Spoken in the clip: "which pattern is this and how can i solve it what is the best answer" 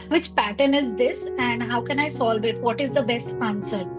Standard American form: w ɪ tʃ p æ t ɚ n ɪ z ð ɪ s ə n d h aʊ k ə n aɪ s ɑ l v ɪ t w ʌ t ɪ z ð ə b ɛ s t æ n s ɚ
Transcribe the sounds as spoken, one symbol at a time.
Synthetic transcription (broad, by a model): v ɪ tʃ p æ t ɚ n ɪ z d ɪ s ə n d h aʊ k ə n aɪ s ɑ l v ɪ t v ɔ t ɪ z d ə b ɛ s t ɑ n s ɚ